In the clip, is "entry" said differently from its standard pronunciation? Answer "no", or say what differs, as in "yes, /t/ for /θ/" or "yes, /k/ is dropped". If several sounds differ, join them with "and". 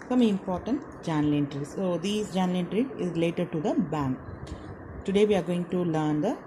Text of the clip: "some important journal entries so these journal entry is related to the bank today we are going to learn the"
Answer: no